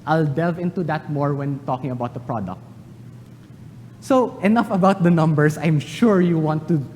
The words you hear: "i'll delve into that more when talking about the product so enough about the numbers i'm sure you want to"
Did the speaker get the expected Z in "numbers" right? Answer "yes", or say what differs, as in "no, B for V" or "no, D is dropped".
no, S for Z